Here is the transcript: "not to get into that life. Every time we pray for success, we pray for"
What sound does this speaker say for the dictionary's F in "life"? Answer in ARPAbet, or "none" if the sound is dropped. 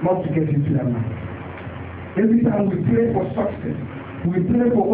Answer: none